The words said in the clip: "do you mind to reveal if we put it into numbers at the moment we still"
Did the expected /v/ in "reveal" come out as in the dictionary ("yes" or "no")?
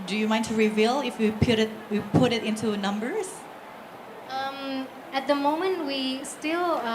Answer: yes